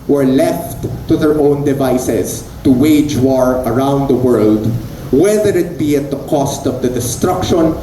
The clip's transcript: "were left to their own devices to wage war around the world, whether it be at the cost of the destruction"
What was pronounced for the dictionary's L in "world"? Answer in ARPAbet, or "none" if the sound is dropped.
L